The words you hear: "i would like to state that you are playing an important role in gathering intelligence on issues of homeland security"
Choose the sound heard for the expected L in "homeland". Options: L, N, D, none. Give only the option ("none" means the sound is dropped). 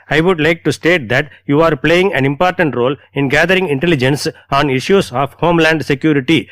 L